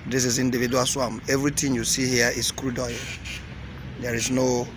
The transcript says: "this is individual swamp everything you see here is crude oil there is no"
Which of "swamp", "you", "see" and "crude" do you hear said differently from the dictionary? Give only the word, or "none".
swamp